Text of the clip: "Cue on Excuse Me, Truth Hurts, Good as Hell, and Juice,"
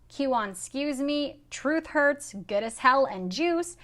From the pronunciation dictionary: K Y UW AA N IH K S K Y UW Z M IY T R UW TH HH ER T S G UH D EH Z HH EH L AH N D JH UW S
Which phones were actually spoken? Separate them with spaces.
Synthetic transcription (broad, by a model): K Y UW AA N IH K S K Y UW Z M IY T R UW TH HH ER T S G UH D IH S HH EH L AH N JH UW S